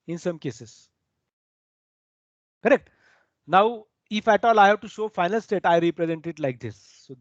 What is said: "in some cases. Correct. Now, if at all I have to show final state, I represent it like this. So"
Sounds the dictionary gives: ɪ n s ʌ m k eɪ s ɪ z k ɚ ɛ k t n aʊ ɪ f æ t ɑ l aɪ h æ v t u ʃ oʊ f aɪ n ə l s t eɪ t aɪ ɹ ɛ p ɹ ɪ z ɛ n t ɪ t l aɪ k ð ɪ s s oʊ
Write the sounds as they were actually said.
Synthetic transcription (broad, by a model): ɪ n s ʌ m k eɪ s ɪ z k ɚ ɛ k t n aʊ ɪ f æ t ɑ l aɪ h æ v t u ʃ oʊ f aɪ n ə l s t eɪ t aɪ ɹ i p ɹ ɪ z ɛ n t ɪ t l aɪ k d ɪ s s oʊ